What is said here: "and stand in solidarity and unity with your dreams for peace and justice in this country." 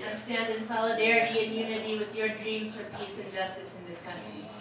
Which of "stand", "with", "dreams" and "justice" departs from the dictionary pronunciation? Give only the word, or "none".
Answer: none